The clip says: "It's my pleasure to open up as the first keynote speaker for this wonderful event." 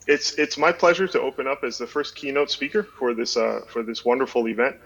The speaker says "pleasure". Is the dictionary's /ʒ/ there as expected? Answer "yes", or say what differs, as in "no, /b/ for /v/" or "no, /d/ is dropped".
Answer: yes